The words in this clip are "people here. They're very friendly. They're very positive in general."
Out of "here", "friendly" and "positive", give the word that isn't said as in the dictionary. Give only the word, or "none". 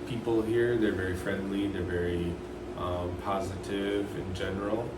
none